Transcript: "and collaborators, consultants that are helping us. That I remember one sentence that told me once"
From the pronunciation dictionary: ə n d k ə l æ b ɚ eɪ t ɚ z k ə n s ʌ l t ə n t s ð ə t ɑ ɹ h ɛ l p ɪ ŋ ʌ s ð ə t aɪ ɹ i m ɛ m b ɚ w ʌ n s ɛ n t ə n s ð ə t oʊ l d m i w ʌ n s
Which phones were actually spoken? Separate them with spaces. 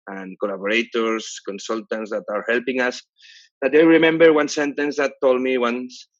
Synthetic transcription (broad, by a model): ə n k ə l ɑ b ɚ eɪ t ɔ s k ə n s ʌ l t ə n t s ð ə t ɑ ɹ h ɛ l p ɪ ŋ ʌ s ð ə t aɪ ɹ i m ɛ m b ɚ w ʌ n s ɛ n t ə n s ð ə t oʊ l d m i w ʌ n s